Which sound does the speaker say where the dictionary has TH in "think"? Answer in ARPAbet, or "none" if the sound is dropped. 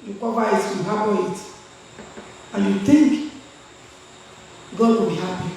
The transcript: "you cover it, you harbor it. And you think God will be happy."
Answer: T